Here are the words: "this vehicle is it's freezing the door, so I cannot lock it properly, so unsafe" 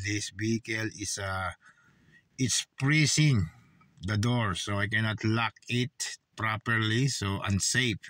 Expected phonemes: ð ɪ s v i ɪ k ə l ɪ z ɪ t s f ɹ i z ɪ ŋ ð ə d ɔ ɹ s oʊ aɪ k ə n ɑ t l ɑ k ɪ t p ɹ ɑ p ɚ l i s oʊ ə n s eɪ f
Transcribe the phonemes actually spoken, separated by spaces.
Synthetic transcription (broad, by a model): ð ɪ s b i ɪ k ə l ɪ s ɪ t s p ɹ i s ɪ ŋ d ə d ɔ ɹ s oʊ aɪ k ə n ɑ t l ɑ k ɪ t p ɹ ɑ p ɚ l i s oʊ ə n s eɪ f